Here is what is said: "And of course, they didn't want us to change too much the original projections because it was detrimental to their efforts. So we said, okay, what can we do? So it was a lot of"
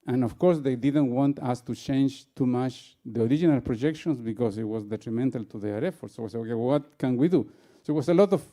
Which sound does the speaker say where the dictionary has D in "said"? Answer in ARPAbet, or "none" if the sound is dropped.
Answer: none